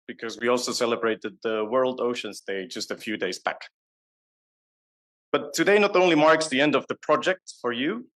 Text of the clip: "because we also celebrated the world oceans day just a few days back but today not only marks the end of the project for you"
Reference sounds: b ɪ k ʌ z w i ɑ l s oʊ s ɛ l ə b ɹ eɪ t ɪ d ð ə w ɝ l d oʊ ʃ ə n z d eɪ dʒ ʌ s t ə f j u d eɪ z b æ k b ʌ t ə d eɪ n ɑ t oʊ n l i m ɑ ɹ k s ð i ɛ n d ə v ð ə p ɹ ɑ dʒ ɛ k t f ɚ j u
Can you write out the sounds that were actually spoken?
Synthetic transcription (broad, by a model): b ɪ k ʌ z w i ɑ l s oʊ s ɛ l ə b ɹ eɪ t ɪ d ð ə w ɝ l d oʊ ʃ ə n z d eɪ dʒ ʌ s t ə f j u d eɪ z b æ k b ʌ t ə d eɪ n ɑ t oʊ n l i m ɑ ɹ k s ð i ɛ n d ə v ð ə p ɹ ɑ dʒ ɛ k t f ɚ j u